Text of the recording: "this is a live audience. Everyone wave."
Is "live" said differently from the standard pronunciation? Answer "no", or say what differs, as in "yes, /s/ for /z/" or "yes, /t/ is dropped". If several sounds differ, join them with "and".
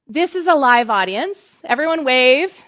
no